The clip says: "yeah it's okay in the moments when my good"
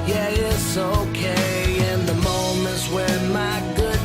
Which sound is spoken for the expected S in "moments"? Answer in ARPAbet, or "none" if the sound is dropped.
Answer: none